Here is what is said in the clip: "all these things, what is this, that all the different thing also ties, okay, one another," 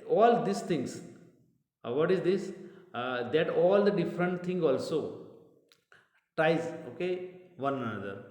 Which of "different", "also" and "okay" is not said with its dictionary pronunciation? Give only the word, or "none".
none